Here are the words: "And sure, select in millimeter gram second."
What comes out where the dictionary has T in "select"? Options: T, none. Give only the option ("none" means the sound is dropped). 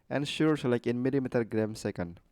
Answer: none